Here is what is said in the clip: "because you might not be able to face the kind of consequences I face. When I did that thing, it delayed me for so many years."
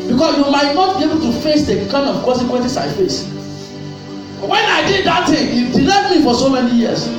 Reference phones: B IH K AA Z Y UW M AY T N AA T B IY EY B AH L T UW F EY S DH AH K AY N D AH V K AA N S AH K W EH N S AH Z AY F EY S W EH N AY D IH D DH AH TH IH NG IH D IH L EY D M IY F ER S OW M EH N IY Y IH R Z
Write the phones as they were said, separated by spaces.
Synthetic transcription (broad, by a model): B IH K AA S Y UW M AY T N AA T B IY EY B AH L T UW F EY S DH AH K AY N D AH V K AA N S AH K W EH N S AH S AY F EY S W EH N AY D IH D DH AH T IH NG IH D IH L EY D M IY F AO S OW M EH N IY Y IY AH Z